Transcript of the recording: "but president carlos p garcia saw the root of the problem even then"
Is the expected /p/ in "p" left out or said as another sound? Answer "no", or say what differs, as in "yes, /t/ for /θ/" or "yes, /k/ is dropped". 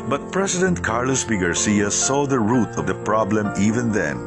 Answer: yes, /b/ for /p/